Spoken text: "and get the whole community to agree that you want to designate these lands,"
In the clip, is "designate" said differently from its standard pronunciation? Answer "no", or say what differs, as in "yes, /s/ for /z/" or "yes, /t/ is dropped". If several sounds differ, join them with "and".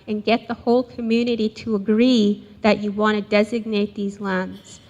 no